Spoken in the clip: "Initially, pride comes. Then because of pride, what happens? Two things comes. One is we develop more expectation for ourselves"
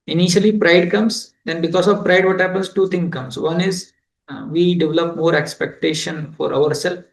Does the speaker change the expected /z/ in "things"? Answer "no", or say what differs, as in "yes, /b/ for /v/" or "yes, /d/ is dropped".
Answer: yes, /z/ is dropped